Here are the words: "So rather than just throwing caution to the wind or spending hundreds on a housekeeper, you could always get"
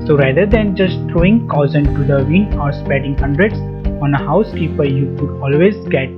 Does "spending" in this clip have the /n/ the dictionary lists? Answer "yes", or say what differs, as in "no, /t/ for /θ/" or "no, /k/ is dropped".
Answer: no, /n/ is dropped